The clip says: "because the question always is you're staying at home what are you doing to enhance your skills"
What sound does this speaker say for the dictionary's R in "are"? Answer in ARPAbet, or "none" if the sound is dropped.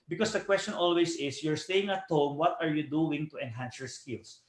R